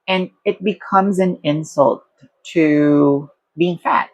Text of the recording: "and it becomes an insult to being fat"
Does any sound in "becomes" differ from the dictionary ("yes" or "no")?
no